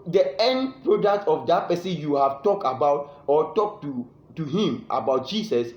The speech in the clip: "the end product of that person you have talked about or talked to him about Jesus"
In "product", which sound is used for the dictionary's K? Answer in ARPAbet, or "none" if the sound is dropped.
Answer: K